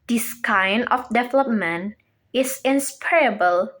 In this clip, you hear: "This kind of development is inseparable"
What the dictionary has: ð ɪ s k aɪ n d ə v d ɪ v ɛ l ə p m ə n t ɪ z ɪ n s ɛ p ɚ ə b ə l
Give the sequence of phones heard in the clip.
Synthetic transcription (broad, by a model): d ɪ s k aɪ n ə f d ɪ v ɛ l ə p m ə n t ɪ s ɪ n s p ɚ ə b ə l